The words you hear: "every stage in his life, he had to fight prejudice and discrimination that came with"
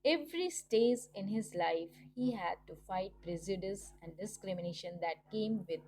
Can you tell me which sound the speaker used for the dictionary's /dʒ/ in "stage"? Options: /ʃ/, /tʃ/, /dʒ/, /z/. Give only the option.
/z/